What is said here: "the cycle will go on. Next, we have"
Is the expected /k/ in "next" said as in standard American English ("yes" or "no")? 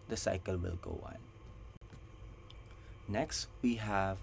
yes